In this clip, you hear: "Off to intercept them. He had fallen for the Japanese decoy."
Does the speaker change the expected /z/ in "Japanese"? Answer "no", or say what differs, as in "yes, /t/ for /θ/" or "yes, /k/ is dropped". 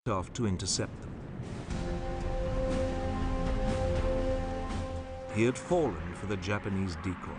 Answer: no